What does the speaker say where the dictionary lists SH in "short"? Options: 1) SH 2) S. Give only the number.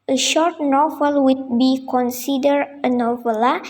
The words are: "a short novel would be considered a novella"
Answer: 1